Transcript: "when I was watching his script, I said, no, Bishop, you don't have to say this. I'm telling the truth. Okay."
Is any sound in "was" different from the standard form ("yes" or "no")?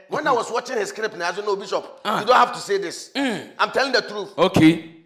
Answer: yes